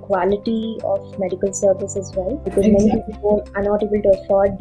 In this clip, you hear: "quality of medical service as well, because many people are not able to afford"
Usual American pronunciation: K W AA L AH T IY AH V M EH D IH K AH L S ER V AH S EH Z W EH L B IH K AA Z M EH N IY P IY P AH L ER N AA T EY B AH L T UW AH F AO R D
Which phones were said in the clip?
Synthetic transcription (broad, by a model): K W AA L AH T IY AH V M EH D IH K AH L S ER V AH S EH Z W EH L B IH K AA Z M EH N IY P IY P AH N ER N AA T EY B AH L T UW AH F AO R D